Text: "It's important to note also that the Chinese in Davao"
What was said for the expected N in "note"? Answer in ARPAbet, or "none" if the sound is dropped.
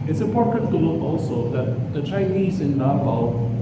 L